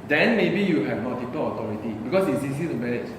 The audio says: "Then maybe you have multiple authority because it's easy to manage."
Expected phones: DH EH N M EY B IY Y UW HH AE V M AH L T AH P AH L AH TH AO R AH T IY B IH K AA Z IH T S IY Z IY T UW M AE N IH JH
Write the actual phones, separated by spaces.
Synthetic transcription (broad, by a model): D EH N M EY B IY Y UW HH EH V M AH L T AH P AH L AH T AO R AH T IY B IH K AA S IH T S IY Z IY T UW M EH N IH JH